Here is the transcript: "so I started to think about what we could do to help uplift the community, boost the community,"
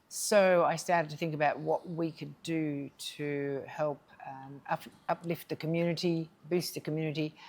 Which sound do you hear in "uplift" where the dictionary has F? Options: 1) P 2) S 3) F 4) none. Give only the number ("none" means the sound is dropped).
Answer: 3